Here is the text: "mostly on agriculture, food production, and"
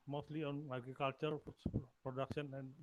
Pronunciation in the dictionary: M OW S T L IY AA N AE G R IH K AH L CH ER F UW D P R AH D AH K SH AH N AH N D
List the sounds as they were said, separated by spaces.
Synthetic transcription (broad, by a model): M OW S T L IY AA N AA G IH K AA L CH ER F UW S P R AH D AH K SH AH N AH N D